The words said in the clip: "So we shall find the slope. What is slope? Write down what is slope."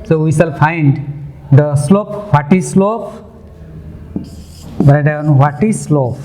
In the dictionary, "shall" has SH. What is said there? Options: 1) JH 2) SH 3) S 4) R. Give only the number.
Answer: 3